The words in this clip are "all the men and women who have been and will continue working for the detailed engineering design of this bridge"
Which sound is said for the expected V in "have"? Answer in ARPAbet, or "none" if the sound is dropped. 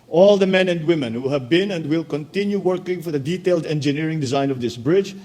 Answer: V